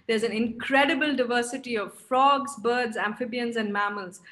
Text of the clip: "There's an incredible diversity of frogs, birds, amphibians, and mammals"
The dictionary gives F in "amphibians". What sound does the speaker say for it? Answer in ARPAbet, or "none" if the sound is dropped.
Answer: F